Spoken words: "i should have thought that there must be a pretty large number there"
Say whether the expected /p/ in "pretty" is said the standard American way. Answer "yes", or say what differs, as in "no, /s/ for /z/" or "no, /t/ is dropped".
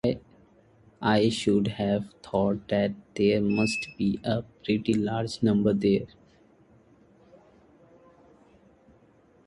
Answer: yes